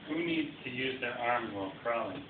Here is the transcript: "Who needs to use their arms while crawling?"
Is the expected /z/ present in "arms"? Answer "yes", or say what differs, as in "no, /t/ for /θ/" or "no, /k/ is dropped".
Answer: no, /z/ is dropped